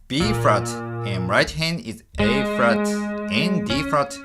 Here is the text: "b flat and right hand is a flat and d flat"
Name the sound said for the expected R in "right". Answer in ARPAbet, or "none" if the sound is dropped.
R